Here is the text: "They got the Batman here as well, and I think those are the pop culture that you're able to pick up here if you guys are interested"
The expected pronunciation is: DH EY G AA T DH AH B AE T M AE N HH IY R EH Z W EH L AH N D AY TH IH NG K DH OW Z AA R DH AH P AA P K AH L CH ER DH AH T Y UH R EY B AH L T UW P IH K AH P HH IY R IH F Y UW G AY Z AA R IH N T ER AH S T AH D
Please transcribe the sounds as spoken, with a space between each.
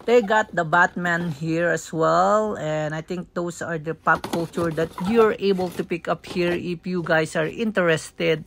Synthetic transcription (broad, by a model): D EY G AA T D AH B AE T M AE N HH IY R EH S W EH L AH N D AY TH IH NG K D OW S AA R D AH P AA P K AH L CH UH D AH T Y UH R EY B AH L T UW P IH K AH P HH IY R IH F Y UW G AY S AA R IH N T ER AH S T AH D